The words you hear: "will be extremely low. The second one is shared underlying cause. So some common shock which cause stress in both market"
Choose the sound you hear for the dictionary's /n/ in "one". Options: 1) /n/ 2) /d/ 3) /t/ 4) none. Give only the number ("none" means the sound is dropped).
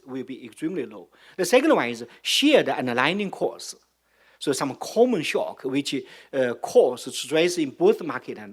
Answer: 4